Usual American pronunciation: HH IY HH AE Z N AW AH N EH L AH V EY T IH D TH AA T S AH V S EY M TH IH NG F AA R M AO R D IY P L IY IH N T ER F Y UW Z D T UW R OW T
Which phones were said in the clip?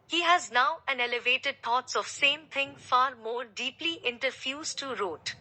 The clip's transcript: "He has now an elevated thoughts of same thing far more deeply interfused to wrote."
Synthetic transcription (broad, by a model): HH IY HH AE Z N AW AH N EH L AH V EY T IH D T AA T S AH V S EY M T IH NG F AA R M AO R D IY P L IY IH N T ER F Y UW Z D T UW R OW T